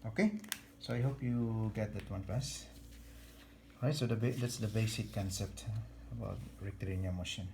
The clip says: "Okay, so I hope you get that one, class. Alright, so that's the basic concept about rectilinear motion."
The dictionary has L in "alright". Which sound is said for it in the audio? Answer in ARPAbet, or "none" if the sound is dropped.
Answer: none